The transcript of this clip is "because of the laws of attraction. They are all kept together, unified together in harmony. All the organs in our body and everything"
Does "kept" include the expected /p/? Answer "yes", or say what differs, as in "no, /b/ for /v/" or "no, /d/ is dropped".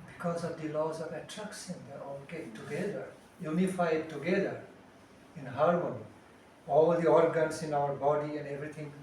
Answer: no, /p/ is dropped